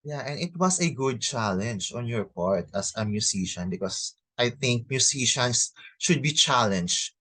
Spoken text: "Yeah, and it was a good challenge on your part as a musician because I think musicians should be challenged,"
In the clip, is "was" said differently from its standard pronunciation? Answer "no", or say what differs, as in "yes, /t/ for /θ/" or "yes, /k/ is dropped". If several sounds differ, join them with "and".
yes, /s/ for /z/